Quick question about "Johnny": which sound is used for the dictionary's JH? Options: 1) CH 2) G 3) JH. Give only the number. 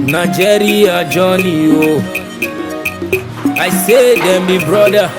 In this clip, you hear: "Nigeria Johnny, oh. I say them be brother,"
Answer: 3